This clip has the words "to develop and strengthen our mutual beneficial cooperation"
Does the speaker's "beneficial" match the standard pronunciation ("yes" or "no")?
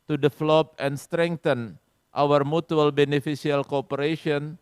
no